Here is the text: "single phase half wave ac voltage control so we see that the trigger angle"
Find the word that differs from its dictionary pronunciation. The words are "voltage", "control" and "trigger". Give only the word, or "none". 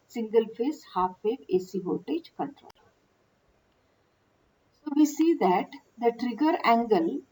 voltage